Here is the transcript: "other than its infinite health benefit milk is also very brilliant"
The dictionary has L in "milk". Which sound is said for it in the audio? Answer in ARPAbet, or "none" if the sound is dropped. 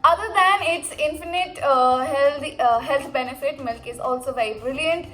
L